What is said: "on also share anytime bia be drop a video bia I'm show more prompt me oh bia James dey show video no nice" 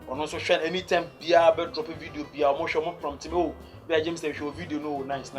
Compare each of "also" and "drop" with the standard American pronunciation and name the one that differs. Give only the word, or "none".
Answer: also